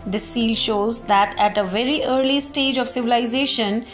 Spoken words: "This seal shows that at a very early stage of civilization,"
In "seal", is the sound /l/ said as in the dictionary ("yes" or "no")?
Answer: yes